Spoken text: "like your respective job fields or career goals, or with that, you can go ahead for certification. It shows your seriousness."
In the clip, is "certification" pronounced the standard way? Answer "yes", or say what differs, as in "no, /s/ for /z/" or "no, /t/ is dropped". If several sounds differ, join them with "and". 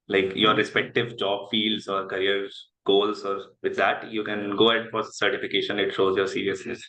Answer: yes